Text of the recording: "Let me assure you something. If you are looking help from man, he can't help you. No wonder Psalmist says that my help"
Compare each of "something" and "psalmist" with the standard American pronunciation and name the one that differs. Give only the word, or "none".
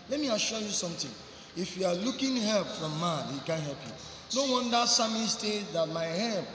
something